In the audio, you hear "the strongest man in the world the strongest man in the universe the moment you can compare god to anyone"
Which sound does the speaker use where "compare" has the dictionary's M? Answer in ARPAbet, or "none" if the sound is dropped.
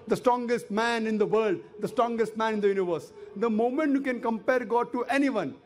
M